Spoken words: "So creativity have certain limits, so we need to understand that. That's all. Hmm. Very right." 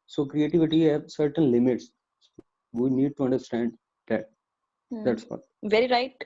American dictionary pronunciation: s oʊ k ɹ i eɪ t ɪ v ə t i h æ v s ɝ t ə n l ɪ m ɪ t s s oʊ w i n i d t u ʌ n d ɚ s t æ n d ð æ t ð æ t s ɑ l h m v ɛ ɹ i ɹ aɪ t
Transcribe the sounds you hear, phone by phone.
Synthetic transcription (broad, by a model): s oʊ k ɹ i eɪ t ɪ v ə t i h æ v s ɝ t ə n l ɪ m ɪ t s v i n i d t u ʌ n d ɚ s t æ n d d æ t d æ t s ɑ v ɛ ɹ i ɹ aɪ t